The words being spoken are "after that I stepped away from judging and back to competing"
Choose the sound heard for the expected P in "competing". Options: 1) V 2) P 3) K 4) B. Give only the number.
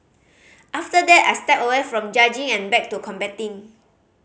4